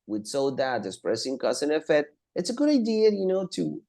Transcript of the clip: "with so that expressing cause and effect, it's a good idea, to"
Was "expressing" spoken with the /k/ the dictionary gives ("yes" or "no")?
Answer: no